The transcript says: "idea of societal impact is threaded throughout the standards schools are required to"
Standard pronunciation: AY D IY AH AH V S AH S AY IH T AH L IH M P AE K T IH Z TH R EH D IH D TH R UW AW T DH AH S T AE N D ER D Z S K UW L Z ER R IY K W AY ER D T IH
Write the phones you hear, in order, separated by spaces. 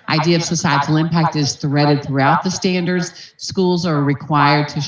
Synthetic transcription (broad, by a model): AY D IY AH AH V S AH S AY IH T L IH M P AE K T IH Z TH R EH D IH D TH R UW AW T DH AH S T AE N D ER D Z S K UW L Z ER R IY K W AY ER D T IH